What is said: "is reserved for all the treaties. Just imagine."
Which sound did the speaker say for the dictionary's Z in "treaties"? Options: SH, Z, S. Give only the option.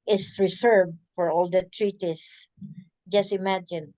S